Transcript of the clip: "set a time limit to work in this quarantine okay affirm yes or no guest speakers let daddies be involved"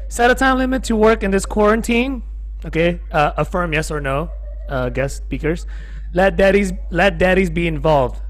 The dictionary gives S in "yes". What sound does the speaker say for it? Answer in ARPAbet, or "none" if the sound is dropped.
S